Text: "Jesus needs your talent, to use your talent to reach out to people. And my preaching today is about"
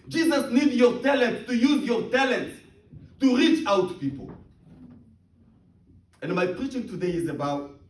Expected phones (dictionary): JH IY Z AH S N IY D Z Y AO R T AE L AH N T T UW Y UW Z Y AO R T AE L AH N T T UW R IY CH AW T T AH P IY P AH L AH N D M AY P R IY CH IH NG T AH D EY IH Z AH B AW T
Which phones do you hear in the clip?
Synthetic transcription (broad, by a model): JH IY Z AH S N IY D Y AO R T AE L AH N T T UW Y UW Z Y AO R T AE L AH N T T UW R IY CH AW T T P IY P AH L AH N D M AY P R IY CH IH NG T AH D EY IH Z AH B AW T